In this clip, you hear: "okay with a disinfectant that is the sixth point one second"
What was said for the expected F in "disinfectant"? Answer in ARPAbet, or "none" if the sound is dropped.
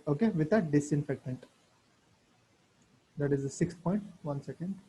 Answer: F